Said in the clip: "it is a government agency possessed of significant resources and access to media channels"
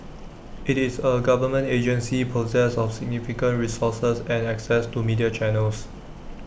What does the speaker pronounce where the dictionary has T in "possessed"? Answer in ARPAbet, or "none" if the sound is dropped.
none